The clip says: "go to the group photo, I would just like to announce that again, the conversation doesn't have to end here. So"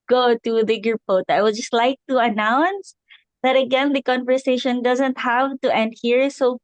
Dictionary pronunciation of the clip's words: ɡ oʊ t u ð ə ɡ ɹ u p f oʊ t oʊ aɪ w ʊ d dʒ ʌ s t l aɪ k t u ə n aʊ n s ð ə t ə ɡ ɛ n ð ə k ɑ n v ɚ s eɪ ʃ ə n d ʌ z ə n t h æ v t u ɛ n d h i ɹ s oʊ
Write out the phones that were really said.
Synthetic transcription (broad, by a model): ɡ oʊ t u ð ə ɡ u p oʊ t aɪ w ʊ d dʒ ʌ s t l aɪ k t u ə n aʊ n s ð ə t ə ɡ ɛ n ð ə k ɑ n v ɚ s eɪ ʃ ə n d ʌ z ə n t h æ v t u ɛ n d h i ɹ s oʊ